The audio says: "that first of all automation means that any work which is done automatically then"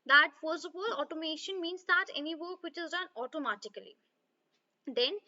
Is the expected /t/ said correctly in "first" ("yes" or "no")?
no